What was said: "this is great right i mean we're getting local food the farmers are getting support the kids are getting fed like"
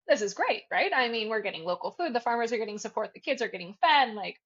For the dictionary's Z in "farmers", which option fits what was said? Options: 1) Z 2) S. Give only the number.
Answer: 1